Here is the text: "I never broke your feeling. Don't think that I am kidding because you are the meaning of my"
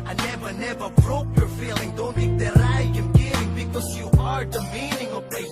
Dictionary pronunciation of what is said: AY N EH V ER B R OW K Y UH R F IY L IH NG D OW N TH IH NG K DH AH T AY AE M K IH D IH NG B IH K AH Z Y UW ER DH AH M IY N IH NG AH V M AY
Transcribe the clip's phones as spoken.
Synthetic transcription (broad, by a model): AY N EH V ER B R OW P Y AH R F IY L IH NG D OW N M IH K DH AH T AY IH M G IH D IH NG B IH K AH Z Y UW ER DH AH M IY N IH NG AH V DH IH